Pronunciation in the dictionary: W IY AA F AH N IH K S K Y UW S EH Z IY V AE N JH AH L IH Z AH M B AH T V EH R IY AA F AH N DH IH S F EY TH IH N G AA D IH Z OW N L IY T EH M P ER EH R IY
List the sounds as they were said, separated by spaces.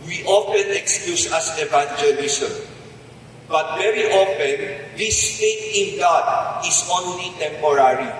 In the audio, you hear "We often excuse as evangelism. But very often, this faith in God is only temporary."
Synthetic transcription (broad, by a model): W IY AA F AH N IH K S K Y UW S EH S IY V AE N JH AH L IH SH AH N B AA T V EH R IY AA F AH N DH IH S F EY T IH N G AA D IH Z OW N L IY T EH M P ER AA R IY